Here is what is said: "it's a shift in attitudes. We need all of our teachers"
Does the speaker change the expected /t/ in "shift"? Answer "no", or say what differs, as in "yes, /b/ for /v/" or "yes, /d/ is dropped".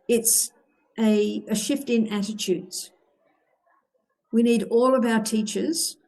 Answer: no